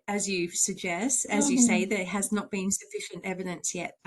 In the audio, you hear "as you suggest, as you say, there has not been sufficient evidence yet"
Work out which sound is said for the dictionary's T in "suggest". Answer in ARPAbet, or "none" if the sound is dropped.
T